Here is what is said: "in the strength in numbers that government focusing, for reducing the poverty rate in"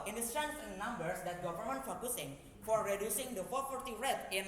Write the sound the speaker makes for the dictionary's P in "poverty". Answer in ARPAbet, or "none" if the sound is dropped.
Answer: F